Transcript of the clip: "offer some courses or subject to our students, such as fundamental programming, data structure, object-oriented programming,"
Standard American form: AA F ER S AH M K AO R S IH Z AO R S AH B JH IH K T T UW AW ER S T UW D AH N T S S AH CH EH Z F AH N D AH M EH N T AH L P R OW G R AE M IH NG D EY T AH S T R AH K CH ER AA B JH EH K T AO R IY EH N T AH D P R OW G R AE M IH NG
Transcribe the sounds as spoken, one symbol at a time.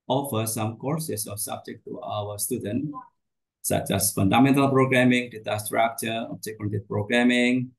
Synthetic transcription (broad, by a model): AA F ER S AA M K AO R S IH S AO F S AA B JH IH K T T UW AW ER S T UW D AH N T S S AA CH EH S F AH N D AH M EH N T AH L P R OW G R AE M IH NG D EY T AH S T R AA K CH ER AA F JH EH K AO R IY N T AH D P R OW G R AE M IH NG